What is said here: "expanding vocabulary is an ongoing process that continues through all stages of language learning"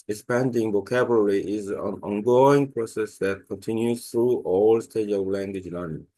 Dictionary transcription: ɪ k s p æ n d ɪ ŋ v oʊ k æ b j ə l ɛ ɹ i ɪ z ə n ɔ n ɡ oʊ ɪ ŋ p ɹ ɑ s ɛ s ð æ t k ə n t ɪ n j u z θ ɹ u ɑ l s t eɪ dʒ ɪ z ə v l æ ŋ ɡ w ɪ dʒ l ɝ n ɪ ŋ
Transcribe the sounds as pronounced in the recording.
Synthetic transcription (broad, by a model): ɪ k s p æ n d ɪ ŋ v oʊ k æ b j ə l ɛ ɹ i ɪ z ə n ɔ n ɡ oʊ ɪ ŋ p ɹ ɑ s ɛ s ð æ t k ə n t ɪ n j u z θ ɹ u ɑ l s t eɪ ɪ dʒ ə v l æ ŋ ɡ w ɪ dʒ l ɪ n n